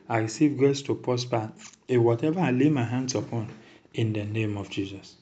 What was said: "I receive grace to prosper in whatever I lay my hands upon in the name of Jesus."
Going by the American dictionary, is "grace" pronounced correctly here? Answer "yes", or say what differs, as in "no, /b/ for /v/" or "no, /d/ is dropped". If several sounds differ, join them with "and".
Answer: no, /ɹ/ is dropped